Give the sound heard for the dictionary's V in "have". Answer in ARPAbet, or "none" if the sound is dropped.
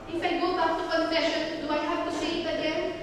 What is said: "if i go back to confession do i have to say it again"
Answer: B